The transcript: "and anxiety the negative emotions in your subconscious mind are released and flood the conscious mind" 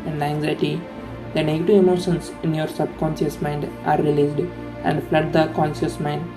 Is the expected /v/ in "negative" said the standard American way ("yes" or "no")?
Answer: yes